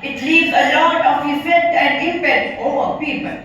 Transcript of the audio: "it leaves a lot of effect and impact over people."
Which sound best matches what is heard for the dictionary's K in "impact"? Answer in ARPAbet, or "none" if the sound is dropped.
none